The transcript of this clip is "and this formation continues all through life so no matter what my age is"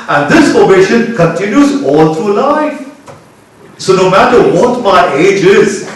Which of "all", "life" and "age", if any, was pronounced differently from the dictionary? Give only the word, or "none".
none